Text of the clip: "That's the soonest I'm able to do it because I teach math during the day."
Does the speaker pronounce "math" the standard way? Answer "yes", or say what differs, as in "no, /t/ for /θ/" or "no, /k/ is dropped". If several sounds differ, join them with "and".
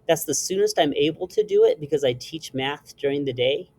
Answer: yes